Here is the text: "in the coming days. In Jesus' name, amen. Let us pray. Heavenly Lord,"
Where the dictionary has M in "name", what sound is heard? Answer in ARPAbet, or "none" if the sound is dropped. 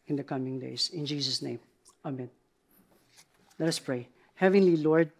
M